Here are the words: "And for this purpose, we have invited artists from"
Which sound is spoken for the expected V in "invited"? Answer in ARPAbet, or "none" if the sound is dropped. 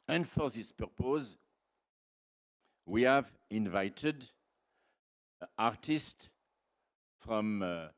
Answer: V